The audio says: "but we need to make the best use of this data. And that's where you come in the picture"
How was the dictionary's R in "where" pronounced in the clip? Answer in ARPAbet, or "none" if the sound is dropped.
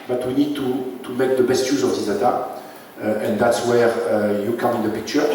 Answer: R